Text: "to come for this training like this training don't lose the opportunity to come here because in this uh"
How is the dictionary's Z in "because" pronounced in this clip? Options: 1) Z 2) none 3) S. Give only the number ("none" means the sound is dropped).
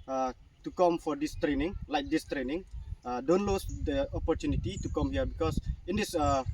3